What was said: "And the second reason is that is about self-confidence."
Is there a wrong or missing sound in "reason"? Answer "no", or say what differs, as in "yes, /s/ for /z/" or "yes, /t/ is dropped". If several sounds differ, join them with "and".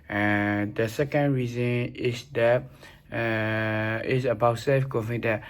no